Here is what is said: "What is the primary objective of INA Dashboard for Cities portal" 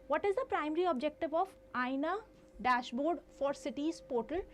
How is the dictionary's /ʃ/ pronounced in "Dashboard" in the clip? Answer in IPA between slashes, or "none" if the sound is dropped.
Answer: /ʃ/